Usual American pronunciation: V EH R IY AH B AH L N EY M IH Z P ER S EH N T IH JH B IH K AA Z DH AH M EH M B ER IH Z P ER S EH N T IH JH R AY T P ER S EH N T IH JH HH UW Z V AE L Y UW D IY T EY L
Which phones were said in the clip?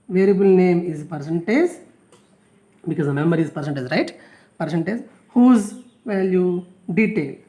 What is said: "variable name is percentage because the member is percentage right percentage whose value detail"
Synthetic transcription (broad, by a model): V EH R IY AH B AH L N EY M IH Z P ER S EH N T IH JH B IH K AA Z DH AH M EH M ER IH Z P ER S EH N T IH Z R AY T P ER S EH N T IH Z HH UW Z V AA L Y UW D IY T EY L